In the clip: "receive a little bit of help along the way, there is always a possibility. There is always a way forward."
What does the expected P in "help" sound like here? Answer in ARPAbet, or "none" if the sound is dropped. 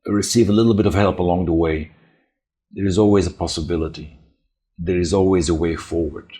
P